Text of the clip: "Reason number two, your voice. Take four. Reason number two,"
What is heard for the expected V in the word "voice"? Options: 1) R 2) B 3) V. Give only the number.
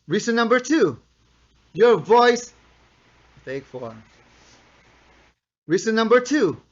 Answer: 3